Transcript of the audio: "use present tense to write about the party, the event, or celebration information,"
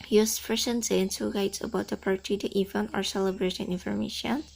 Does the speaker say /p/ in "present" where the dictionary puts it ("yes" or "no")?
no